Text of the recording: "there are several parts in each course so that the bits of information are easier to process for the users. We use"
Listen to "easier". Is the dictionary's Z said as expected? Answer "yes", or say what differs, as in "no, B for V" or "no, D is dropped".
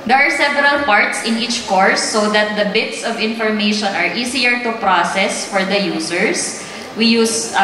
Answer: no, S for Z